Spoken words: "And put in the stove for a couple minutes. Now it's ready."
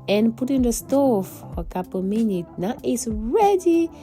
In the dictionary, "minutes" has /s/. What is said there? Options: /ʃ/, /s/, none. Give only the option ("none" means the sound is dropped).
none